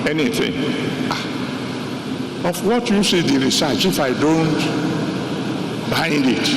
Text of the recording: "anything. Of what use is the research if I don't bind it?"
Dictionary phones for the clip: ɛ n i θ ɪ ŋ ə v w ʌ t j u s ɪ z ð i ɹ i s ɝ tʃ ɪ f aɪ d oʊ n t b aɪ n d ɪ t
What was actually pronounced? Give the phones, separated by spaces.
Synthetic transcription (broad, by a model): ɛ n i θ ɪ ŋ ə f w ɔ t j u s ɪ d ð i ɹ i s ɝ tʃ ɪ f aɪ d oʊ n t b aɪ n d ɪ t